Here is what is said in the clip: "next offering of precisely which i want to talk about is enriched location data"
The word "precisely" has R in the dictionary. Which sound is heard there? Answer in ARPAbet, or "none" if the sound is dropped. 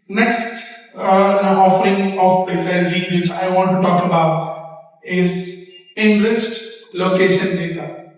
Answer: none